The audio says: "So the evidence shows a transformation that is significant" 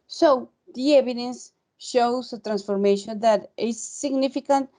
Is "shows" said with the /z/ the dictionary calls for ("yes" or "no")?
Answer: no